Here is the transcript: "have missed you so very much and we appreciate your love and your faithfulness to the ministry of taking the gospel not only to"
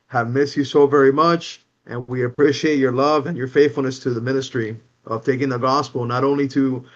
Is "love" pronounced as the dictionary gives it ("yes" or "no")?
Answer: yes